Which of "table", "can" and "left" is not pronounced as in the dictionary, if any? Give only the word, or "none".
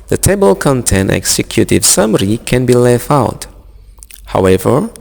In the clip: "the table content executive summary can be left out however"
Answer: left